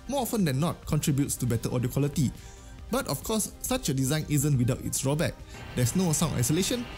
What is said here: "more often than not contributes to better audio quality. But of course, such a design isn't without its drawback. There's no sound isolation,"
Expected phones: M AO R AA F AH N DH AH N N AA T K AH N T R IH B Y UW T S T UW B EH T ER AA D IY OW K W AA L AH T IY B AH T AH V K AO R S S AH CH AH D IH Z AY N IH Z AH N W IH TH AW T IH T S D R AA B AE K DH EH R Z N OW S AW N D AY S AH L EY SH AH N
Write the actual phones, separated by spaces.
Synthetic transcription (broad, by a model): M AO AA F AH N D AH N N AA T K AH N T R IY B Y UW T S T UW B EH T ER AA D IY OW K W AA L AH T IY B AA T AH F K AO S S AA CH AH D IH Z AY N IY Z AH N W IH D AW T IH T S D R AA B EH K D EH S N OW S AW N AY S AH L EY SH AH N